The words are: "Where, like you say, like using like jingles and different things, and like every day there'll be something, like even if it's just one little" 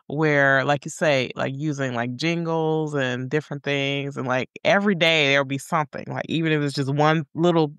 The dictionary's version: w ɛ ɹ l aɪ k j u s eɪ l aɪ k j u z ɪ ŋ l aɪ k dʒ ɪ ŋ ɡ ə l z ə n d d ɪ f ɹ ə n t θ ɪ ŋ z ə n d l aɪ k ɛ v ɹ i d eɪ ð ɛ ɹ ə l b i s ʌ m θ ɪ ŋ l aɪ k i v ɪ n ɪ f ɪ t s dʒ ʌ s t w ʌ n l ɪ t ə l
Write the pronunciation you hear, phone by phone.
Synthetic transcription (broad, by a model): w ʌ ɹ l aɪ k j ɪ s eɪ l aɪ k j u z ɪ ŋ l aɪ k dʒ ɪ ŋ ɡ l z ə n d d ɪ f ɹ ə n θ ɪ ŋ z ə n l aɪ k ɛ v ɹ i d eɪ ð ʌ ɹ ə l b i s ʌ m θ ɪ ŋ l aɪ k i v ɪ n ɪ f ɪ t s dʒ ʌ s t w ʌ n l ɪ t l